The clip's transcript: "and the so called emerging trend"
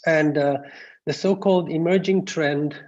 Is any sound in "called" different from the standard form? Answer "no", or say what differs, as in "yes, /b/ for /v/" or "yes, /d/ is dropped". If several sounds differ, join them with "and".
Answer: no